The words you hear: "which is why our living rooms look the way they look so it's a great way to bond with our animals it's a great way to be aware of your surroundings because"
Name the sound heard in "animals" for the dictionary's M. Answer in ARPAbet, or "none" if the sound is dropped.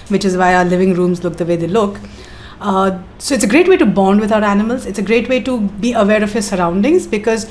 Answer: M